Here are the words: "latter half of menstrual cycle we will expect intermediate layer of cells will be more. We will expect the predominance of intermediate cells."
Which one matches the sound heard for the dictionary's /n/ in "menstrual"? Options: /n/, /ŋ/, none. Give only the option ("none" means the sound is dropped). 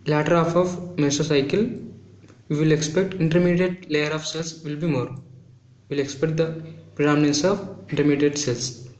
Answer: none